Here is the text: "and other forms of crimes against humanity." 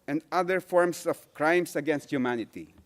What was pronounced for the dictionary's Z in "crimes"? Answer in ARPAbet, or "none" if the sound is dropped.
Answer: S